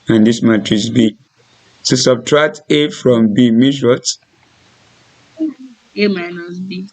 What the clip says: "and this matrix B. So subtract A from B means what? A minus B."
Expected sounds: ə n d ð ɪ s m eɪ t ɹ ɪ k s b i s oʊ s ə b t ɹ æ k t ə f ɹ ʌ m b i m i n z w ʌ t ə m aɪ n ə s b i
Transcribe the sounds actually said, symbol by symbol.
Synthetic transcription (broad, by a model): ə n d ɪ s m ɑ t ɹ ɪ s b i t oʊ s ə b t ɹ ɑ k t ə f ɹ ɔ m b i m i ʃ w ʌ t ə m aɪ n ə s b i